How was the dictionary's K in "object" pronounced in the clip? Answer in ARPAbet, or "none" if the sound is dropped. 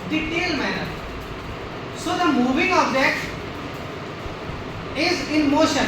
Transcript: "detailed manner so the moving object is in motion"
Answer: none